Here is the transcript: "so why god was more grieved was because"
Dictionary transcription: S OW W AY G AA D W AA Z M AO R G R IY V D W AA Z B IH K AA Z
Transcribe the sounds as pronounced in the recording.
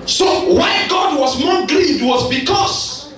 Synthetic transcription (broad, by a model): S OW W AY G AA D W AA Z M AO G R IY D W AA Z B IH K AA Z